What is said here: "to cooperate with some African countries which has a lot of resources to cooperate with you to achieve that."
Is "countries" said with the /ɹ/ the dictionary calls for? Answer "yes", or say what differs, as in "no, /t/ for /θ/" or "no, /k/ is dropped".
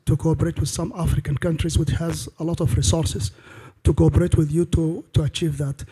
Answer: yes